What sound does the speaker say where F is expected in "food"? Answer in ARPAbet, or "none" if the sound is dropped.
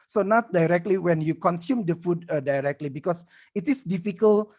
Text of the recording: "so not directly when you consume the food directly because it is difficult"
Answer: F